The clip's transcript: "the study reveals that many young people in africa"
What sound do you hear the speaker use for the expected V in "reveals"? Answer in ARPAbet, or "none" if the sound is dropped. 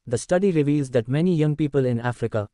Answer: V